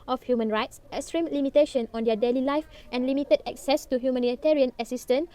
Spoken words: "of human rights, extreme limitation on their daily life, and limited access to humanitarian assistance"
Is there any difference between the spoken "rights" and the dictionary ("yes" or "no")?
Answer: no